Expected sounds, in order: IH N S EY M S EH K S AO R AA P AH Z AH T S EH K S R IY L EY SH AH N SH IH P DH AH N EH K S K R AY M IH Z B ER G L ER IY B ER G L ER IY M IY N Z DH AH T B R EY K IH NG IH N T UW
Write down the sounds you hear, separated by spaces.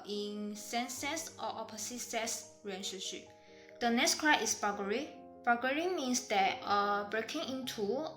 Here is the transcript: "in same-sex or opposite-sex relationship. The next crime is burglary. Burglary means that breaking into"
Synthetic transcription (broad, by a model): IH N S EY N S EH S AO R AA P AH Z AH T S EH S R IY EY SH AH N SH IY P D AH N EH K S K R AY IH S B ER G ER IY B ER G ER IY M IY N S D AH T B R EY K IH NG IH N T UW